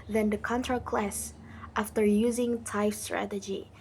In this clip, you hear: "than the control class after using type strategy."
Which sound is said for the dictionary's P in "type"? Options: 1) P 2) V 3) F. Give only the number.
3